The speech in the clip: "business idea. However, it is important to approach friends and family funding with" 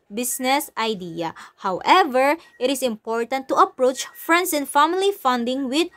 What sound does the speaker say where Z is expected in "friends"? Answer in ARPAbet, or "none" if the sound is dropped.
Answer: S